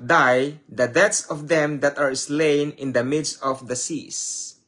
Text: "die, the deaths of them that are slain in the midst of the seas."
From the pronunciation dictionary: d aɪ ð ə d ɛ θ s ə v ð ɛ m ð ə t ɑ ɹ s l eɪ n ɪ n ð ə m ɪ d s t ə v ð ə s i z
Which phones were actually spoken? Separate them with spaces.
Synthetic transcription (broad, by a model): d aɪ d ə d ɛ t s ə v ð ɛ m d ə t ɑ ɹ s l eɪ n ɪ n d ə m ɪ d s t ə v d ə s i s